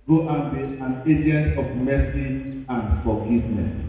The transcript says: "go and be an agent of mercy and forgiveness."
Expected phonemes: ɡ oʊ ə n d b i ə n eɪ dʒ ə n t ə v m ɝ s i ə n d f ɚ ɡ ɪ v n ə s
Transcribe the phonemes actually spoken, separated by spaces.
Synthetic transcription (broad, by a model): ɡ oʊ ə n b i ə n eɪ dʒ ə n t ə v m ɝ s i ə n d f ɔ ɡ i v n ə s